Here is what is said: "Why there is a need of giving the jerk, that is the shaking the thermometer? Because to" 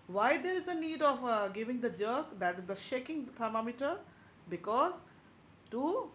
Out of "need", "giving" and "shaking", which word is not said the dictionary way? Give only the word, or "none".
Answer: none